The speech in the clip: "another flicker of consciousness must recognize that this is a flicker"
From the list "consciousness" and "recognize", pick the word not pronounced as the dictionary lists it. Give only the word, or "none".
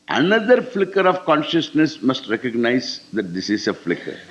none